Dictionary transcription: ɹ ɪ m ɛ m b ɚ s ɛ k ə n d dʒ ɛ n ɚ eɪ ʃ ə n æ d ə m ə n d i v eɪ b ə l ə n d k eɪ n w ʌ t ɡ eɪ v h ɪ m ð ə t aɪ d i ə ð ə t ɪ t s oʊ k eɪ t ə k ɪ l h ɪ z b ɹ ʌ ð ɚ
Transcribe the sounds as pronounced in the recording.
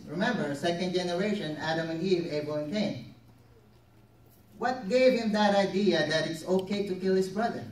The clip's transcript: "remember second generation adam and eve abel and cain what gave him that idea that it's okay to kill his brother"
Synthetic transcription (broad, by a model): ɹ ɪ m ɛ m b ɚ s ɛ k ə n d dʒ ɛ n ɚ eɪ ʃ ə n æ d ə m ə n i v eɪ ə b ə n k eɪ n w ʌ t ɡ eɪ v h ɪ m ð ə t aɪ d i ə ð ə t ɪ t s oʊ k eɪ t ə k ɪ l h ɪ s b ɹ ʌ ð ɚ